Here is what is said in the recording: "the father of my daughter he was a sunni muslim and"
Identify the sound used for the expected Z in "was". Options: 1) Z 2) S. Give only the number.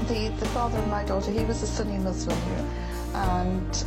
1